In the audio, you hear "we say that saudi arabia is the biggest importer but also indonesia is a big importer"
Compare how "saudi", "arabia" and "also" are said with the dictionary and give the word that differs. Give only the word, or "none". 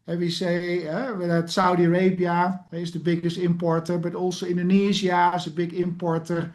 also